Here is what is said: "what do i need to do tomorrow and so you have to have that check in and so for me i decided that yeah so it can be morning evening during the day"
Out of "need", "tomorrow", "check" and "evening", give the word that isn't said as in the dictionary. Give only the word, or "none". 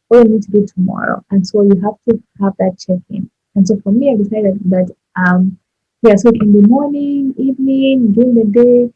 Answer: none